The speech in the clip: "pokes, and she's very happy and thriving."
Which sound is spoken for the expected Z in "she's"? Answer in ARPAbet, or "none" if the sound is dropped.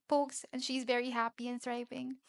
Z